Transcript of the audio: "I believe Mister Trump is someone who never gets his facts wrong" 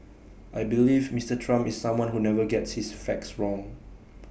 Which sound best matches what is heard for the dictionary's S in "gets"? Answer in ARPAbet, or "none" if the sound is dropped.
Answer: S